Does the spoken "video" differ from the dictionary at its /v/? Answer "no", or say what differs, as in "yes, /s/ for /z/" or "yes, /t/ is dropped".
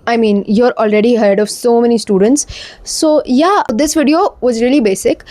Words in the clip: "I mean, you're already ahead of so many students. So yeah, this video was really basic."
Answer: no